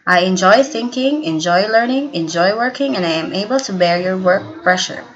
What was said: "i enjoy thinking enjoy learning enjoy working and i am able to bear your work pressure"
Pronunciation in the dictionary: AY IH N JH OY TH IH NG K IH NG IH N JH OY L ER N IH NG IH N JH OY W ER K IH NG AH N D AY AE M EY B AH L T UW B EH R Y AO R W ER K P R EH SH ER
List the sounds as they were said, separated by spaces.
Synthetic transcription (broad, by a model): AY IH N JH OY TH IH NG K IH NG IH N JH OY L ER N IH NG IH N JH OY W ER K IH NG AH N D AY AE M EY B AH L T UW B EH R Y AO R W ER K P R EH SH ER